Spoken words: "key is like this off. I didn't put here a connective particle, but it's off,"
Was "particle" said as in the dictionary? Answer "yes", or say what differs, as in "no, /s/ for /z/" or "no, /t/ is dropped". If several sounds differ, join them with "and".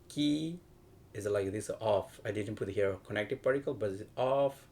yes